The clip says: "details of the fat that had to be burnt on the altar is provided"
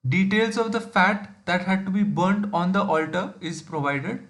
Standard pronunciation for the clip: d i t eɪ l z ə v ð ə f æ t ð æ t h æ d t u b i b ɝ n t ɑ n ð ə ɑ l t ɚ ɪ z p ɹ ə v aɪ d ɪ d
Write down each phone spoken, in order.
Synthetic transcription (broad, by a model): d i t eɪ l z ə v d ə f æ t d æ t h æ d t u b i b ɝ n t ɑ n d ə ɑ l t ɚ ɪ z p ɹ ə v aɪ d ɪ d